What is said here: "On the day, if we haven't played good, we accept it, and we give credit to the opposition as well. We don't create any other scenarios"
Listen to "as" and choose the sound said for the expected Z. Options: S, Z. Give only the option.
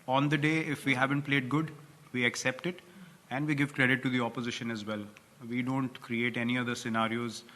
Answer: Z